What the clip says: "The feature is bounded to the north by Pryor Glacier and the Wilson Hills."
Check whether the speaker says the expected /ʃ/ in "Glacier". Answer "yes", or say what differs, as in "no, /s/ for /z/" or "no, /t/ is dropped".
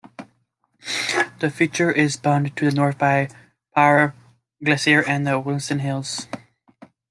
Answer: no, /s/ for /ʃ/